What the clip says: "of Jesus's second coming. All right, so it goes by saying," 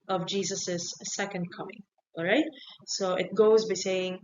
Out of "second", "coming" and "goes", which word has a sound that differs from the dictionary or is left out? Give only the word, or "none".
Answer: none